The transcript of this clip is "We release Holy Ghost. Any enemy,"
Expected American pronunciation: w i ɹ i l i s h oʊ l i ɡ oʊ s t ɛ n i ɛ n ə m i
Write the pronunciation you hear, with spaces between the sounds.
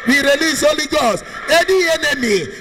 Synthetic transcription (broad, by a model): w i ɹ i l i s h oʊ l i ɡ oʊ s ɛ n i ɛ n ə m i